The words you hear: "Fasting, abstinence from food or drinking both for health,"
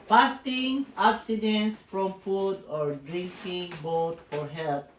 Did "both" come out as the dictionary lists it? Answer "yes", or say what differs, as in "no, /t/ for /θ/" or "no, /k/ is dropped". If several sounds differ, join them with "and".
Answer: no, /t/ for /θ/